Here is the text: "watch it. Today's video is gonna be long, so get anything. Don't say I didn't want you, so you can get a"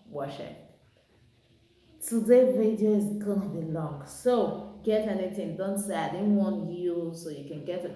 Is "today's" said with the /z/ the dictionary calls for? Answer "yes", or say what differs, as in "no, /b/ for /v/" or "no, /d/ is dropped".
no, /z/ is dropped